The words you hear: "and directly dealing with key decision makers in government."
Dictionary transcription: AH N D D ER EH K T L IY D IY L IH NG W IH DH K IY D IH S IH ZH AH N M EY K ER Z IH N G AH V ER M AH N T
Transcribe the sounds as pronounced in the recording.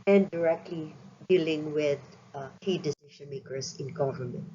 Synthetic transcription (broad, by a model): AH N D D ER EH K T L IY D IY L IH NG W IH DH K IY D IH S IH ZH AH N M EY K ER S IH N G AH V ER M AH N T